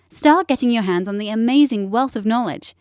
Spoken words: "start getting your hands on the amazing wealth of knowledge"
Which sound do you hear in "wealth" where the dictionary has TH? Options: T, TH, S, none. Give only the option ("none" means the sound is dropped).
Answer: TH